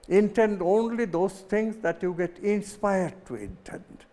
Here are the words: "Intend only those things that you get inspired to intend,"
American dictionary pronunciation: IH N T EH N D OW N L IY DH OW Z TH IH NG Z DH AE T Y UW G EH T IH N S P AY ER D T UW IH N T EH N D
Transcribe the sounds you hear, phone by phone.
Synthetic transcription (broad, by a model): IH N T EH N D OW N L IY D OW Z T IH NG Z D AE T Y UW G EH T IH N S P AY ER D T UW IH N T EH N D